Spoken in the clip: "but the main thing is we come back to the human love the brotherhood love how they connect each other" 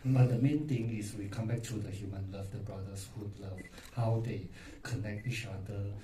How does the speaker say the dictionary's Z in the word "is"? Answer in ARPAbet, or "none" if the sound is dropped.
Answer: S